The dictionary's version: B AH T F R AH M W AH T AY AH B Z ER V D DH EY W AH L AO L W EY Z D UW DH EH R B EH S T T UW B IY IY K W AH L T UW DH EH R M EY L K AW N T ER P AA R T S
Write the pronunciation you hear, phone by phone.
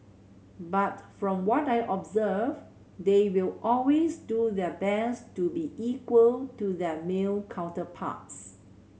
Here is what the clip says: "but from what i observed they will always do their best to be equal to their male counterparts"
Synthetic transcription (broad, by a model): B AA T F R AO M W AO T AY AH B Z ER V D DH EY W AH L AO L W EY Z D UW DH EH B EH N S T UW B IY IY K W AH L T UW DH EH M EY L K AW N T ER P AA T S